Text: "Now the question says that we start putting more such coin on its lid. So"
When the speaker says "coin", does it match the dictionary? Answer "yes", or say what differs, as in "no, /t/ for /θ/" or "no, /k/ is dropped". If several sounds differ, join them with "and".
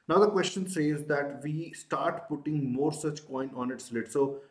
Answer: yes